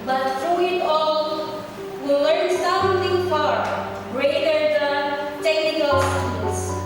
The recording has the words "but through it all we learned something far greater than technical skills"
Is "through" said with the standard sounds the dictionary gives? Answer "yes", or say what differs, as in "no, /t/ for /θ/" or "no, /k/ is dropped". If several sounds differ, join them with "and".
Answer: no, /f/ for /θ/